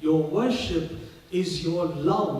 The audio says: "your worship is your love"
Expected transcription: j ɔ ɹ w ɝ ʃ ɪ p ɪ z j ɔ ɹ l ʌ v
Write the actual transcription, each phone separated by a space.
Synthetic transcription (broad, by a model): j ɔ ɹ w ɝ ʃ ɪ p ɪ z j ɔ ɹ l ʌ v